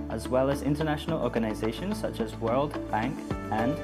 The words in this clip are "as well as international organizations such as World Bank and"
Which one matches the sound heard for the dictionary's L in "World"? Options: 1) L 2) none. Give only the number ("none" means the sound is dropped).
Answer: 1